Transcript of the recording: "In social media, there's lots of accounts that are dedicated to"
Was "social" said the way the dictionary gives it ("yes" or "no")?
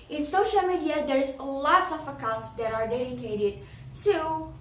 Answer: yes